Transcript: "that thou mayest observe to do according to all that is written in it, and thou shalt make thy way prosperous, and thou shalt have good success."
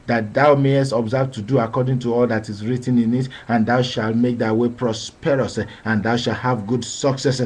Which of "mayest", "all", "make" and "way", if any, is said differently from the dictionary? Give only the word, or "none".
none